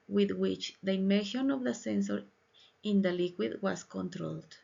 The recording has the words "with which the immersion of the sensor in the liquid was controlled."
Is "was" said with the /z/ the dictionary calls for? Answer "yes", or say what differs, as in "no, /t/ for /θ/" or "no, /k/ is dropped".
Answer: no, /s/ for /z/